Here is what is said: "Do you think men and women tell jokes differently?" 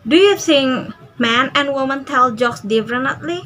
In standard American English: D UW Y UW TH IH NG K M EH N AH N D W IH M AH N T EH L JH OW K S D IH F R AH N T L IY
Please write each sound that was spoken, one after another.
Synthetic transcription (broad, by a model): D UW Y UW S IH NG M EH N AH N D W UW M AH N T EH L JH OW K S D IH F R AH N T L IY